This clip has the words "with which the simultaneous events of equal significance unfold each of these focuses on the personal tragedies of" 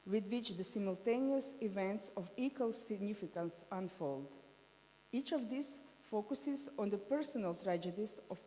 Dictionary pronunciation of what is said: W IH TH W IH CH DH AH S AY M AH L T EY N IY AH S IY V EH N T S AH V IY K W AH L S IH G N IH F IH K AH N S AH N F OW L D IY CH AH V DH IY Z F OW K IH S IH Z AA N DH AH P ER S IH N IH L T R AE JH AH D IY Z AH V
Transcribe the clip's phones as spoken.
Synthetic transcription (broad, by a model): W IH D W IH CH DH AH S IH M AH L T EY N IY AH S IY V EH N T S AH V IY K W AH L S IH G N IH F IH K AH N S AH N F OW L D IY CH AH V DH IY S F OW K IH S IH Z AA N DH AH P ER S IH N IH L T R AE JH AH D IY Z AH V